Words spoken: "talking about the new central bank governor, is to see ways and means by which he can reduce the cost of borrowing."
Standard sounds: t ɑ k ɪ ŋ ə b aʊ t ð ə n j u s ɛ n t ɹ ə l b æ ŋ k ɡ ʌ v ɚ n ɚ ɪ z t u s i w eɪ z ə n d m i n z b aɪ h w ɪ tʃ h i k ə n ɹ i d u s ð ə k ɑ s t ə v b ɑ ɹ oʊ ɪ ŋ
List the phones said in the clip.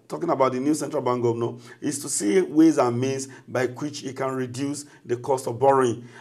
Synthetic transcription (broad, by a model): t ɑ k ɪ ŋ ə b aʊ t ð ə n j u s ɛ n t ɹ ə l b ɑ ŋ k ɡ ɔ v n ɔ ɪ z t u s i w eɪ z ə m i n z b aɪ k w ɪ tʃ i k ə n ɹ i d u s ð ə k ɑ s t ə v b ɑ ɹ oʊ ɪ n